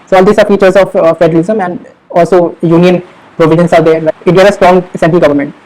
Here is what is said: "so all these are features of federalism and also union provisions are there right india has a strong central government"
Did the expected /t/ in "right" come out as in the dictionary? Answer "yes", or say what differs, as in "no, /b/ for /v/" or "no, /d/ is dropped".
no, /t/ is dropped